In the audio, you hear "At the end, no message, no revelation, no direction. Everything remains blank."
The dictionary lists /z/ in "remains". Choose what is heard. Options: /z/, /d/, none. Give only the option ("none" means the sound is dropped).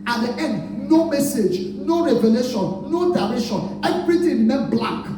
none